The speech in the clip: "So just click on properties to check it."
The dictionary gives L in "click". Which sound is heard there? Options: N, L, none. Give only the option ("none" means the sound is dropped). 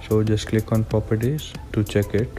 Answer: L